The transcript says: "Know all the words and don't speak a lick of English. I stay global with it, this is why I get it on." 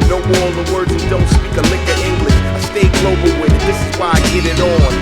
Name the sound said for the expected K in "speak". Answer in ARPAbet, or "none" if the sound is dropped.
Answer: K